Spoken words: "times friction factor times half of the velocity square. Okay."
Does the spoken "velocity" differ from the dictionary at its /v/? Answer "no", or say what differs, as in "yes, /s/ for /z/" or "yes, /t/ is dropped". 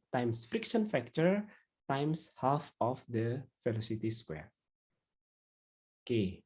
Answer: yes, /f/ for /v/